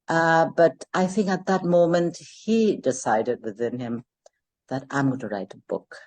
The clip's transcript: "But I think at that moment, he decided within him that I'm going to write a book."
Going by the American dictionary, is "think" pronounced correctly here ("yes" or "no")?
yes